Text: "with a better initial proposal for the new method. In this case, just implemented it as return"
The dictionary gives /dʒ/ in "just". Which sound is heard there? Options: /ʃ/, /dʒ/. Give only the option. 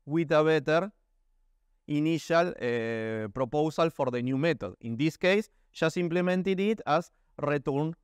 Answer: /ʃ/